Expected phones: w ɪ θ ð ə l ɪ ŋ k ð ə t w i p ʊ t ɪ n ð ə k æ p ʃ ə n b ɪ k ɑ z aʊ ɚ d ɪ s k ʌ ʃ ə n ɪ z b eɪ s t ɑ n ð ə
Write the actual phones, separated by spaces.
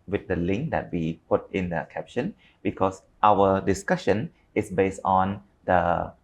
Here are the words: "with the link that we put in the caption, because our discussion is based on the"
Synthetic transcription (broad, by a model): w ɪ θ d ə l ɪ ŋ k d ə t w i p ʊ t ɪ n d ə k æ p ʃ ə n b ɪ k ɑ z aʊ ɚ d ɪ s k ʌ ʃ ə n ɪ s b eɪ s t ɑ n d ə